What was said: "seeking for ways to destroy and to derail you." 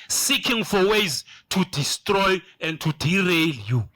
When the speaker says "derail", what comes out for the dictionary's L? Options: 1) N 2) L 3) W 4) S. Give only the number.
2